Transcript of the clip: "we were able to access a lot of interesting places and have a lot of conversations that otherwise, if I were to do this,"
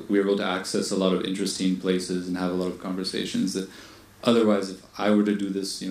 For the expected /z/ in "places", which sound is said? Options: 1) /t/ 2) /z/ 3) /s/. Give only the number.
2